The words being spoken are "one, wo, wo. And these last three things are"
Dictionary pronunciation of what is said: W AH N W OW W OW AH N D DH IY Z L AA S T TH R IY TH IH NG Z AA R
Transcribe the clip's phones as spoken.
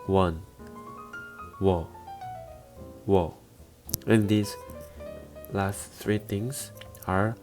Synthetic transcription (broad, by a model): W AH N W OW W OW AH N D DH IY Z L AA S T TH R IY T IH NG S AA R